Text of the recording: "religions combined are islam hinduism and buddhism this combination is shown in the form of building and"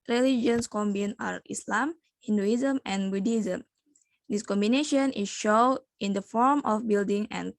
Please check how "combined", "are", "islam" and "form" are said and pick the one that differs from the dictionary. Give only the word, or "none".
combined